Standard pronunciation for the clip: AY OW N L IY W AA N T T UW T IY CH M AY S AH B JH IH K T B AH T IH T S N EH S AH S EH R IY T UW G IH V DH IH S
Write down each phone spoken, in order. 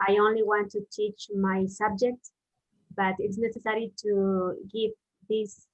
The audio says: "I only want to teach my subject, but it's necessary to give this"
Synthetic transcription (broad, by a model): AY OW N L IY W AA N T T UW T IY CH M AY S AH B JH IH K T B AH T IH T S N EH S AH S EH R IY T UW G IH V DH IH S